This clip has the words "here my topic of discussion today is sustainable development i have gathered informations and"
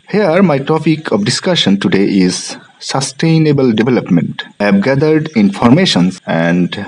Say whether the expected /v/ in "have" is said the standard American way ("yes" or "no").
no